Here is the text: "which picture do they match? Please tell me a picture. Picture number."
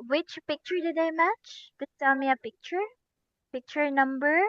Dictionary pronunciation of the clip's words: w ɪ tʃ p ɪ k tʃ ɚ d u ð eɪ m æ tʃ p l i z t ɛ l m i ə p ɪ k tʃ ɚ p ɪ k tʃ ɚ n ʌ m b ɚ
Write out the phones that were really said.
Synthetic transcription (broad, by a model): w ɪ tʃ p ɪ k tʃ ɚ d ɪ ð eɪ m æ tʃ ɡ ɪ t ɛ l m i ə p ɪ k tʃ ɚ p ɪ k tʃ ɚ n ʌ m b ɚ